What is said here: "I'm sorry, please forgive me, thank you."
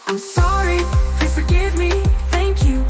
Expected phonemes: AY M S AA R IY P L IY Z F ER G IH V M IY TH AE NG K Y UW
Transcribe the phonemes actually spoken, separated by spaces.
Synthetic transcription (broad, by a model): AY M S AA R IY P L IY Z F ER G IH V M IY TH AE NG K Y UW